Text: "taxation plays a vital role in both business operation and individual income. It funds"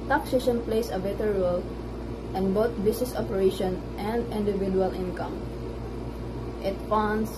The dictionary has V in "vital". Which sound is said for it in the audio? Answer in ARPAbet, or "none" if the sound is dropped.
B